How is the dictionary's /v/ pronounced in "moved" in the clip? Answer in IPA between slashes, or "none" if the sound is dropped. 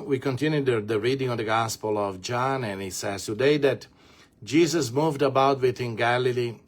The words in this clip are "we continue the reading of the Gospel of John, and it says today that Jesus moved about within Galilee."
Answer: /v/